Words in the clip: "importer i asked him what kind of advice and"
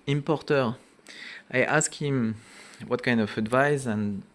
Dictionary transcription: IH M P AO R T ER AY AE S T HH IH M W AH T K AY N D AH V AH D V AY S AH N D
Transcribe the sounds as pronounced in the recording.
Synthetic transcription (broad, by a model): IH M P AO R T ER AY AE S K HH IH M W AH T K AY N D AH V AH D V AY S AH N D